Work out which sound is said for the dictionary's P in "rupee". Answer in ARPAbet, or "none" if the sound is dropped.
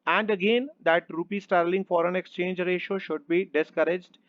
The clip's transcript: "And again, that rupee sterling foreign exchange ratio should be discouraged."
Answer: P